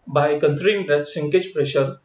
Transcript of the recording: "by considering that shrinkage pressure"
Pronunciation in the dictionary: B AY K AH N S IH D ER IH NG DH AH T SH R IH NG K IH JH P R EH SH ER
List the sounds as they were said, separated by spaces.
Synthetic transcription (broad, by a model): B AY K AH N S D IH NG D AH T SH AH NG K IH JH P R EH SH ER